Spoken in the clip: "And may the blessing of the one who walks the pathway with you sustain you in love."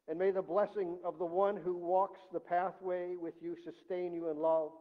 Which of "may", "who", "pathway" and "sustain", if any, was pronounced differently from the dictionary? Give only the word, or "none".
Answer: none